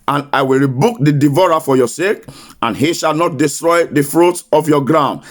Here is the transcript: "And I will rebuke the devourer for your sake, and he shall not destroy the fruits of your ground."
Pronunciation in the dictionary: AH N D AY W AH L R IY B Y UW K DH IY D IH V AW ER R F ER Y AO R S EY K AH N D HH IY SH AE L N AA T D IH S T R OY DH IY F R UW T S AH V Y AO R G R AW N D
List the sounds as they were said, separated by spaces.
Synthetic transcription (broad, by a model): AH N AY W AH L R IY B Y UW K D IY D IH V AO R F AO Y AO S EY K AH N HH IY SH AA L N AA T D IH S T R OY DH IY F R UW T AH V Y AO G R AW N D